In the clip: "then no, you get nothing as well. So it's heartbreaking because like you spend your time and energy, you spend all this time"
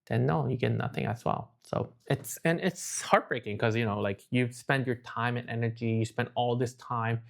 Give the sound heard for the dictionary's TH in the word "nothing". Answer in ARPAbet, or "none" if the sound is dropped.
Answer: TH